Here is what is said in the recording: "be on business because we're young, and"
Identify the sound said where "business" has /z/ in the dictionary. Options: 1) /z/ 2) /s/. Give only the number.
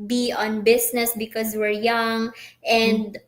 2